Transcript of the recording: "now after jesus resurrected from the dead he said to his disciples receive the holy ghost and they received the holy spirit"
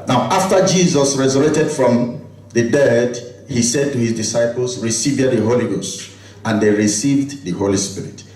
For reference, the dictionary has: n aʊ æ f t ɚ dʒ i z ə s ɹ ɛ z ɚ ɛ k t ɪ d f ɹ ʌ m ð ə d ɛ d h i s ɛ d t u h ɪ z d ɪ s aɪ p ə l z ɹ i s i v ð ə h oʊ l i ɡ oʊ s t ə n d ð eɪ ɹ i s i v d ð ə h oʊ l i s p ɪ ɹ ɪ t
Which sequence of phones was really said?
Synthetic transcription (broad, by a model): n aʊ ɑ f t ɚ dʒ i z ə s ɹ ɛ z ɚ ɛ t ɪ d f ɹ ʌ m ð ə d ɛ d h i s ɛ d t u h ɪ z d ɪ s aɪ p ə l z ɹ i s i v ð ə h oʊ l i ɡ oʊ s t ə n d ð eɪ ɹ i s i v d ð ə h oʊ l i s p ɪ ɹ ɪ t